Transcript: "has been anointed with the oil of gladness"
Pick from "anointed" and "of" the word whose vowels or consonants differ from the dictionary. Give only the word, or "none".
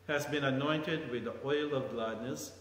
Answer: none